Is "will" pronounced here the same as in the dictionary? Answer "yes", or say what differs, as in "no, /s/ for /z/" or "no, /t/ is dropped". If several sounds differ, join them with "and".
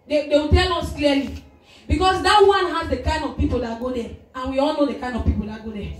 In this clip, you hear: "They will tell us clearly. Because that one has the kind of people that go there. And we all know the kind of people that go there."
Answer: no, /w/ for /l/